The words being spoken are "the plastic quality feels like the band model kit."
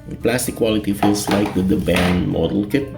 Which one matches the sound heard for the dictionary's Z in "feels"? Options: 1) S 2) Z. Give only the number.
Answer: 1